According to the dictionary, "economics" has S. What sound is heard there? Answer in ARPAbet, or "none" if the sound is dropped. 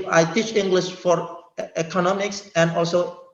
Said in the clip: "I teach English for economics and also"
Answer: S